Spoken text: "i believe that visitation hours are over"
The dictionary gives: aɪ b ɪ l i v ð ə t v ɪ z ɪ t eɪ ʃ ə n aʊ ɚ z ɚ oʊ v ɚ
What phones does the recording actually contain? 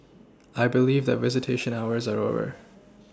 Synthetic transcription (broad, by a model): aɪ b ɪ l i v ð ə t v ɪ z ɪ t eɪ ʃ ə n aʊ ɚ z ɚ oʊ v ɚ